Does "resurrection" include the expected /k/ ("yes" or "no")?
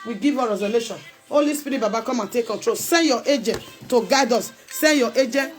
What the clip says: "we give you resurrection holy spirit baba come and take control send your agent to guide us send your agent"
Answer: no